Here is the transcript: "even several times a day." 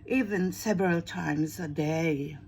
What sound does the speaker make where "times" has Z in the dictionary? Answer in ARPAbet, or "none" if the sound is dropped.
Z